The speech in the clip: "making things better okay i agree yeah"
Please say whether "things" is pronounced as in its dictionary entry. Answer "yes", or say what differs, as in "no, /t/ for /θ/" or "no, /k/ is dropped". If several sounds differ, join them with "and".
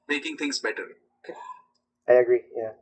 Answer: no, /t/ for /θ/